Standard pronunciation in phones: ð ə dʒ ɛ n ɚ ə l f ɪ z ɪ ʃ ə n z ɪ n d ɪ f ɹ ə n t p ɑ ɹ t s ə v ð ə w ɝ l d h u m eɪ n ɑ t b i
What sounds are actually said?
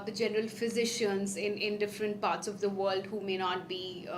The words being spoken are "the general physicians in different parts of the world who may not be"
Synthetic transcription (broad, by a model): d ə dʒ ɛ n ɚ ə l f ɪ z ɪ ʃ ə n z ɪ n d ɪ f ɹ ə n t p ɑ ɹ t s ə v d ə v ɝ l d h u m eɪ n ɑ t b i